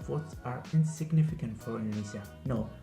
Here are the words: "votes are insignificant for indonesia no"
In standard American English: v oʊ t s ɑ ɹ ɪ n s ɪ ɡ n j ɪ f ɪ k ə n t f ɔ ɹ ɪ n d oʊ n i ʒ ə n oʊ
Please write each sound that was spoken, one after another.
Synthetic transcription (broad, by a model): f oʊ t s ɑ ɹ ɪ n s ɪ ɡ n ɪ f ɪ k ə n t f ɔ ɹ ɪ n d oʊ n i z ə n oʊ